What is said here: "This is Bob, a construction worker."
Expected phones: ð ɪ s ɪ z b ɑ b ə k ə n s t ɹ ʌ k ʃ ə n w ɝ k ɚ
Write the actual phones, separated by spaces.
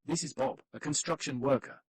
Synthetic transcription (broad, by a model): ð ɪ s ɪ z b ɑ b ə k ə n s t ɹ ʌ k ʃ ə n w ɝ k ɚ